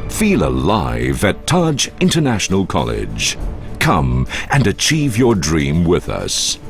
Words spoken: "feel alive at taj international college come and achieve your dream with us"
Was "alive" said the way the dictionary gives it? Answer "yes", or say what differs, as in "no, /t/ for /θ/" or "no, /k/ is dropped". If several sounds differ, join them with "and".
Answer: yes